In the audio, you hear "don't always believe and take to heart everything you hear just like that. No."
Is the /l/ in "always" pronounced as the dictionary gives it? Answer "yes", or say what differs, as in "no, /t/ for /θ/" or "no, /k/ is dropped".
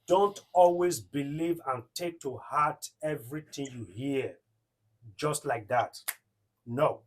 yes